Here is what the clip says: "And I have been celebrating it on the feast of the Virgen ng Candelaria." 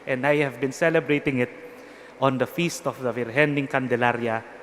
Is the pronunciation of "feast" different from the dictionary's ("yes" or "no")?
no